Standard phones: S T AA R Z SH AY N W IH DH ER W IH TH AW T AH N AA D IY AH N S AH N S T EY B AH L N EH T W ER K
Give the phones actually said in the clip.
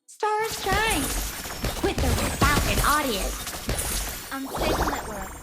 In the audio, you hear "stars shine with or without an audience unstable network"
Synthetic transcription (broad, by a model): S T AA R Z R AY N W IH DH ER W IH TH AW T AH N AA D IY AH S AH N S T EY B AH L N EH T W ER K